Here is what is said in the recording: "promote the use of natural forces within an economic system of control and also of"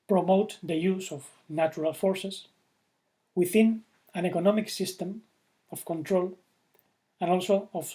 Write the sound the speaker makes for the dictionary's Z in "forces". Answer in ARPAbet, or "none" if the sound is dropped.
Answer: S